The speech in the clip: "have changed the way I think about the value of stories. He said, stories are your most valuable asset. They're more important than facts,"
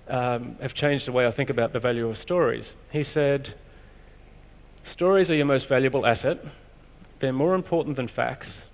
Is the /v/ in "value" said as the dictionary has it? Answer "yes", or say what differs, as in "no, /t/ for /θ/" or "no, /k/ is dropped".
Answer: yes